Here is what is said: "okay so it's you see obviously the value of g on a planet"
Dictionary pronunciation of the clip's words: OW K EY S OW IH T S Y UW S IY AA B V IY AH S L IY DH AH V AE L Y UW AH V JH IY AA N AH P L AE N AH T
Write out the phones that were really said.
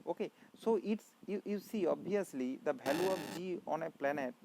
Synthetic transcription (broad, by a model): OW K EY S OW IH T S Y UW S IY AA B IY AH S L IY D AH B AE L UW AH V JH IY AA N AH P L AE N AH T